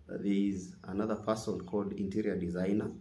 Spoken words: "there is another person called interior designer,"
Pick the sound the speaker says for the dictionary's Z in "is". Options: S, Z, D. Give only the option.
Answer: Z